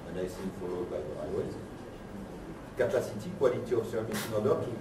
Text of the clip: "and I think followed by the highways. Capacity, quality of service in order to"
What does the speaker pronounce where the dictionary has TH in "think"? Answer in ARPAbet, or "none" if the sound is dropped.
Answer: S